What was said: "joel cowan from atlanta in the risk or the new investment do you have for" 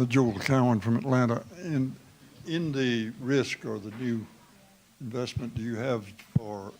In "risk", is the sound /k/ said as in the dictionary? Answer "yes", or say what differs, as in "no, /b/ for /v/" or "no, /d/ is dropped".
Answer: yes